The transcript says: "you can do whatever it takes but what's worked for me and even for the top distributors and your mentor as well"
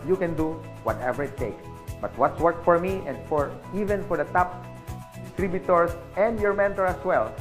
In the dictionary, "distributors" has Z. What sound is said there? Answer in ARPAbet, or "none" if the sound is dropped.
S